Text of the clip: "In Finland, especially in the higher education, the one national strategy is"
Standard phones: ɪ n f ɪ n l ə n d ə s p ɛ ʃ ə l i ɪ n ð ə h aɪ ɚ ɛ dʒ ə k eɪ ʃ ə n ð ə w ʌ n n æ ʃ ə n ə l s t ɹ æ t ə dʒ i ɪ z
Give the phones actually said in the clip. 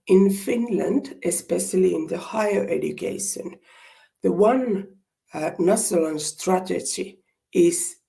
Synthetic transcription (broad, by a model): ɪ n f ɪ n l ə n d ə s p ɛ ʃ ə l i ɪ n ð ə h aɪ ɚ ɛ dʒ ə k eɪ ʃ ə n ð ə w ʌ n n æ s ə l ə n s t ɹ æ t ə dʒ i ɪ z